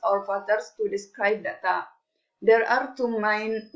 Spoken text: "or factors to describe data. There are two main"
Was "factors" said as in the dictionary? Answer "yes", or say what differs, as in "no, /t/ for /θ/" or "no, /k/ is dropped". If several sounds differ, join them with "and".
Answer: no, /k/ is dropped and /s/ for /z/